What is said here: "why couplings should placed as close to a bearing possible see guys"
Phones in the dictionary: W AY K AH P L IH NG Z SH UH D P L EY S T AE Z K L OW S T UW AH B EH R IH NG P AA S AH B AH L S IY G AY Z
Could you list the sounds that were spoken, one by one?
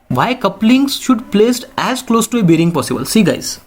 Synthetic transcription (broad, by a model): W AY K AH P L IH NG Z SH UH D P L EY S T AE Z K L OW S T UW AH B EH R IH NG P AA S AH B AH L S IY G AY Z